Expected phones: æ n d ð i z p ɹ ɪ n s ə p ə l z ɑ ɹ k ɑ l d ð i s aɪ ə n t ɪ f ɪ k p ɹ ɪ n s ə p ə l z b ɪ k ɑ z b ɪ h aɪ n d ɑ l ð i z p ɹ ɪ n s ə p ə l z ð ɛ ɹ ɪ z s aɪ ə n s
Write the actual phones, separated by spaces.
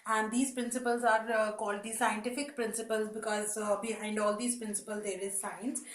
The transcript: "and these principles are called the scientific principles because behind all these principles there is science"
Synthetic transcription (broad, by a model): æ n d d i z p ɹ ɪ n s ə p ə l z ɑ ɹ k ɑ l d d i s aɪ ə n t ɪ f ɪ k p ɹ ɪ n s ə p ə l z b ɪ k ɑ z b ɪ h aɪ n d ɑ l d i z p ɹ ɪ n s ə p ə l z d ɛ ɹ ɪ z s aɪ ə n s